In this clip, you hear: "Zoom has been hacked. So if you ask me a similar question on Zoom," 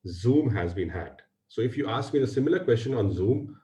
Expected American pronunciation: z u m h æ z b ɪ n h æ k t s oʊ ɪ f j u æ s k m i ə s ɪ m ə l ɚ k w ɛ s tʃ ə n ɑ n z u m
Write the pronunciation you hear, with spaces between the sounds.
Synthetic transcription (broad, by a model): z u m h æ z b ɪ n h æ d s oʊ ɪ f j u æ s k m i ə s ɪ m ə l ɚ k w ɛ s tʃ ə n ɑ n z u m